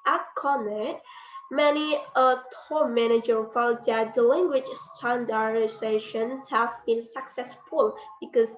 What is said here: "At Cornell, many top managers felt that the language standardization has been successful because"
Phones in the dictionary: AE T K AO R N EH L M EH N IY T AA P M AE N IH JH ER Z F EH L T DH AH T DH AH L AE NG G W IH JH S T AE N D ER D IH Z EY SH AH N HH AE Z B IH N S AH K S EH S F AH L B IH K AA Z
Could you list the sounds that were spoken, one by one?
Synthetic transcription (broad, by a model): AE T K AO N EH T M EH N IY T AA M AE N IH JH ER F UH N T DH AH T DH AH L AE NG G W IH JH S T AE N D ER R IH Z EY SH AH N HH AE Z B IH N S AH K S EH S F AH L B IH K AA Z